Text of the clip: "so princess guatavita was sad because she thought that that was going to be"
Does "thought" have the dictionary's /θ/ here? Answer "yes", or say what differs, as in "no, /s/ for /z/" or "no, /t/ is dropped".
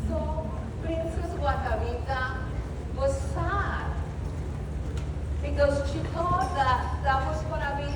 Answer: no, /t/ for /θ/